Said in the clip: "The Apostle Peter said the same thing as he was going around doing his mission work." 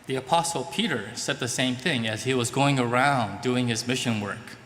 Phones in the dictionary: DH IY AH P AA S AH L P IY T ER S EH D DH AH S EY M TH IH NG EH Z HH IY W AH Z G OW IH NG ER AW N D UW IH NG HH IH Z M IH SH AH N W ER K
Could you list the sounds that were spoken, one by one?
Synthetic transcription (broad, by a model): DH IY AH P AA S L P IY T ER S EH D DH AH S EY M TH IH NG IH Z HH IY W AH Z G OW IH NG ER AW N D UW IH NG IH Z M IH SH AH N W ER K